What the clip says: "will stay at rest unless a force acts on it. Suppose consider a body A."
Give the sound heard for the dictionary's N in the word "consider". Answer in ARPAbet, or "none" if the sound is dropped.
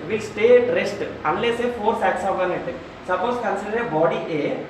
N